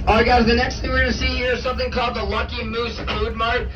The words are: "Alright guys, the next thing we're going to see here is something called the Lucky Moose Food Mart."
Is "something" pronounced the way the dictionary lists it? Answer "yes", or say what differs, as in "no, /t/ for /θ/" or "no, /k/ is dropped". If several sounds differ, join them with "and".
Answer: yes